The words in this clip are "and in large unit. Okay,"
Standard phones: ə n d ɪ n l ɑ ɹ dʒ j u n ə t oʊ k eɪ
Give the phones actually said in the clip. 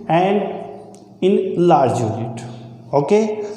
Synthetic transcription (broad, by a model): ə n d ɪ n l ɑ ɹ dʒ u l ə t oʊ k eɪ